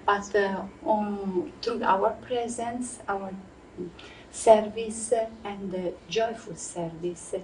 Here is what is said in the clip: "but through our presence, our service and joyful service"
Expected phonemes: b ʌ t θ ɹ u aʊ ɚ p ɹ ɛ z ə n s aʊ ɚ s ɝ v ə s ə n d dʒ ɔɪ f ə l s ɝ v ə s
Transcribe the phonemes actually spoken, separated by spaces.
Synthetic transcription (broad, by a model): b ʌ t t ɹ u aʊ ɚ p ɹ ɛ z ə n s aʊ ɚ s ɝ v ə s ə n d dʒ ɔɪ f ə l s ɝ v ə s